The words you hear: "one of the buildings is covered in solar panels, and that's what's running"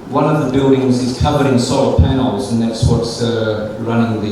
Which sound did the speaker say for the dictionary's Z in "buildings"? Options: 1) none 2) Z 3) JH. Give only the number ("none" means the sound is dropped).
2